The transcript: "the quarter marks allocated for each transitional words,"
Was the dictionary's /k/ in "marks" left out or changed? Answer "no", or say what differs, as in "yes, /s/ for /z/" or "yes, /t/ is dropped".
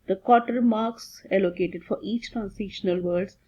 no